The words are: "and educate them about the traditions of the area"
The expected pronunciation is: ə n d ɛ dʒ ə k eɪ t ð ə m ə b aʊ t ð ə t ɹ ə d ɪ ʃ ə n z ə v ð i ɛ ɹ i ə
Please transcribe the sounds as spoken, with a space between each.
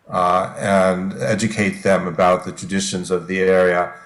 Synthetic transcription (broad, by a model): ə n ɛ dʒ ə k eɪ t ð ə m ə b aʊ t ð ə t ɹ ə d ɪ ʃ ə n z ə v ð i ɛ ɹ i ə